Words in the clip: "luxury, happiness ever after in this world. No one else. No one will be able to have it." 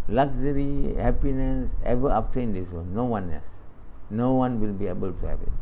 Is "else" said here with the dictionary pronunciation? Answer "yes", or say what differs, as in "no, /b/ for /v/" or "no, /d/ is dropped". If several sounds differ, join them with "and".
no, /l/ is dropped